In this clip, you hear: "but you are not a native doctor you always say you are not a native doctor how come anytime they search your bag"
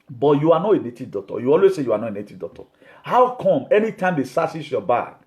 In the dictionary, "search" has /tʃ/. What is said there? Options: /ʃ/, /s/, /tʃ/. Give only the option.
/s/